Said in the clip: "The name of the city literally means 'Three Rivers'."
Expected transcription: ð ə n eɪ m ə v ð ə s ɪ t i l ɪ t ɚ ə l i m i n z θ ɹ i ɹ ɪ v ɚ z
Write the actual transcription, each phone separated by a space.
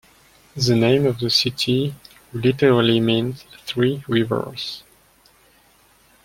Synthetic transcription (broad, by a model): ð ə n eɪ m ə v ð ə s ɪ t i l ɪ t ɚ ə l i m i n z θ ɹ i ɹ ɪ v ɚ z